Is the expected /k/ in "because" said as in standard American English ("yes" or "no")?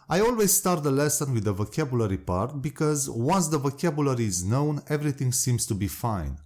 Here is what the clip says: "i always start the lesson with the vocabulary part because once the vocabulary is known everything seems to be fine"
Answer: yes